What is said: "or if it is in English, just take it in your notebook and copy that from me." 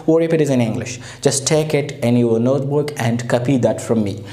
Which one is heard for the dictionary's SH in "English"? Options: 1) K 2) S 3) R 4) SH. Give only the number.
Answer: 4